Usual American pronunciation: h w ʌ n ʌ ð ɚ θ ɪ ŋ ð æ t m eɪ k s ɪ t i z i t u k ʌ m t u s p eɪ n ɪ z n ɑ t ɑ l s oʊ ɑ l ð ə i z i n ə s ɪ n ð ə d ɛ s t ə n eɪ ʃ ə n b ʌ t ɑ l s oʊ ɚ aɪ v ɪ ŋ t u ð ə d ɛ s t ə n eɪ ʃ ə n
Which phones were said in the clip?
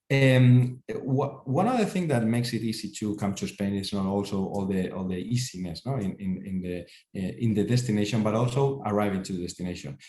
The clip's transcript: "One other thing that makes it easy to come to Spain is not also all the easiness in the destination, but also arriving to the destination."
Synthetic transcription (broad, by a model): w w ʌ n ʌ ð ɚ θ ɪ ŋ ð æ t m eɪ k s ɪ t i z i t u k ʌ m t u s p eɪ n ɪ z n ɑ t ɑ l s oʊ ɑ l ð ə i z i n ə s ɪ n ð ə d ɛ s t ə n eɪ ʃ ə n b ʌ t ɑ l s oʊ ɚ aɪ v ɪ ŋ t u ð ə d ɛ s t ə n eɪ ʃ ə n